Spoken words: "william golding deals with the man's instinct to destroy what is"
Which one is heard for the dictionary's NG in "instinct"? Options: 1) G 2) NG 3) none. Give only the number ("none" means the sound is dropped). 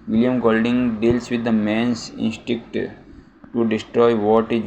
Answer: 3